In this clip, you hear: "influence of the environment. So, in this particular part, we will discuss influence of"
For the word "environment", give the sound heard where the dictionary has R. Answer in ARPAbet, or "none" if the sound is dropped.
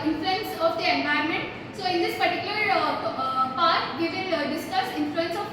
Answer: none